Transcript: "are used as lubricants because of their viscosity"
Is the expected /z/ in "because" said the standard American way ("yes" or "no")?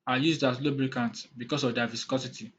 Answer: no